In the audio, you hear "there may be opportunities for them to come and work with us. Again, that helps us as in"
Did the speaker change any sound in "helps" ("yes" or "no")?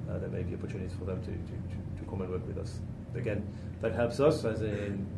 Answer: no